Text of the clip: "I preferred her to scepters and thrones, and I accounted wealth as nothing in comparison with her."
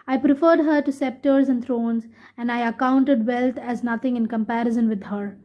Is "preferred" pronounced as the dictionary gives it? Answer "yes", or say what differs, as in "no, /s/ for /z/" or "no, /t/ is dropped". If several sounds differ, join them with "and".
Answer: yes